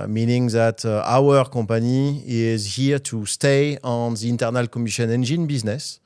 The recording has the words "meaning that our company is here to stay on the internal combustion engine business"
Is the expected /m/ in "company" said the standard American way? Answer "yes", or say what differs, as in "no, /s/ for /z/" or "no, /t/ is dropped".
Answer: no, /m/ is dropped